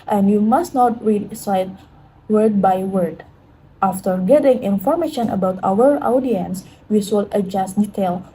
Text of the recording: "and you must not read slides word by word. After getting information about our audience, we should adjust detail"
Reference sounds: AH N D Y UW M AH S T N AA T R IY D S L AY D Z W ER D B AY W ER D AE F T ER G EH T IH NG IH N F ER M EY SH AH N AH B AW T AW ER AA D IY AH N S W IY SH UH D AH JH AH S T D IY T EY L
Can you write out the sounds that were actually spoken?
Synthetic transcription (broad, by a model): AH N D Y UW M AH S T N AA T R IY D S AY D W ER D B AY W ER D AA F T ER G EH T IH NG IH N F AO M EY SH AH N AH B AW T AW ER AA D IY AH N S W IY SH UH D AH JH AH S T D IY T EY L